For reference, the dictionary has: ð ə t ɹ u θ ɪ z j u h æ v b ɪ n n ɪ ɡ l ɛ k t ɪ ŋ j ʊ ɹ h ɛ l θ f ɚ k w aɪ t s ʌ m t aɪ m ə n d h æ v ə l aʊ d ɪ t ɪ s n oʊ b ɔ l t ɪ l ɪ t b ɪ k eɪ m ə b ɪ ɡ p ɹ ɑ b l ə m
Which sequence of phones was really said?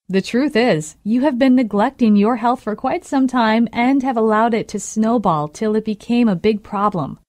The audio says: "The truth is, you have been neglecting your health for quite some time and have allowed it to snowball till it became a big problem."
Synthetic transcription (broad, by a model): ð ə t ɹ u θ ɪ z j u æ v b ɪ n n ɪ ɡ l ɛ k t ɪ ŋ j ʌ ɹ h ɛ l θ f ɚ k w aɪ t s ʌ m t aɪ m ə n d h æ v ə l aʊ d ɪ t ɪ s n oʊ b ɔ l t ɪ l ɪ t b ɪ k eɪ m ə b ɪ ɡ p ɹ ɑ b l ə m